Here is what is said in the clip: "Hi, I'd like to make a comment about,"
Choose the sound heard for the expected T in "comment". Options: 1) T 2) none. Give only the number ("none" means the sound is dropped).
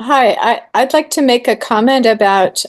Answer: 1